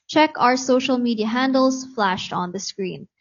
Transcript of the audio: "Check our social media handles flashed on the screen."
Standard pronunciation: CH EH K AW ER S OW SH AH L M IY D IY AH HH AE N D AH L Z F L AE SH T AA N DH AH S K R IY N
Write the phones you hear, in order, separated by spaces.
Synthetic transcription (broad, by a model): CH EH K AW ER S OW SH AH L M IY D IY AH HH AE N D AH L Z F L AE SH T AA N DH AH S K R IY N